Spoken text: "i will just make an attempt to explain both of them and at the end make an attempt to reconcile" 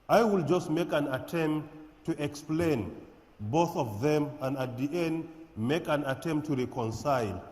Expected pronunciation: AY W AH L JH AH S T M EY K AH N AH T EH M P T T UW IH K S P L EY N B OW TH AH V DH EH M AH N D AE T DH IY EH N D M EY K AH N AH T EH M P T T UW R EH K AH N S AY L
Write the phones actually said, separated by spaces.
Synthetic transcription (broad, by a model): AY W AH L JH AH S T M EY K AH N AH T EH M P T T UW IH K S P L EY N B OW TH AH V DH EH M AH N D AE T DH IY EH N D M EY K AH N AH T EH M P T T UW R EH K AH N S AY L